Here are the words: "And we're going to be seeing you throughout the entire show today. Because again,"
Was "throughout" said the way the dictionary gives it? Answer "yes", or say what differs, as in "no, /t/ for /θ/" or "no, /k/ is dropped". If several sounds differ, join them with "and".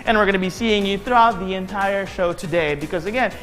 yes